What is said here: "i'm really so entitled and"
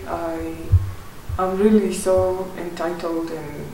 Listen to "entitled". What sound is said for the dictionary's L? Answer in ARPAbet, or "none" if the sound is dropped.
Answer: L